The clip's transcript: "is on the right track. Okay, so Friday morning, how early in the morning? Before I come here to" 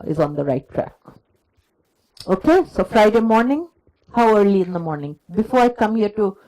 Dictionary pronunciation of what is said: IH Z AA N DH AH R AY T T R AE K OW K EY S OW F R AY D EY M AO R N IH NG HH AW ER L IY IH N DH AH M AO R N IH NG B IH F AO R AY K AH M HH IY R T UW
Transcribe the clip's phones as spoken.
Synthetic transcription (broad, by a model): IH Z AA N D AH R AY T T R AE K OW K EY S OW F R AY D EY M AO R N IH NG HH AW ER L IY IH N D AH M AO R N IH NG B IH F AO R AY K AH M HH IY R T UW